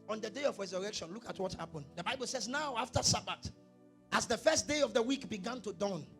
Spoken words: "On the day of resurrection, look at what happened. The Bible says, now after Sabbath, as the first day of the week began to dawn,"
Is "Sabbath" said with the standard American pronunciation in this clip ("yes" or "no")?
no